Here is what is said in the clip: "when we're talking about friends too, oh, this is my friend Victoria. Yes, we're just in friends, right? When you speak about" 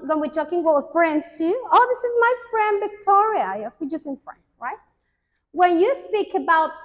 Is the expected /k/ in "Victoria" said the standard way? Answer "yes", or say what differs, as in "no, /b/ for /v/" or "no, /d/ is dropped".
yes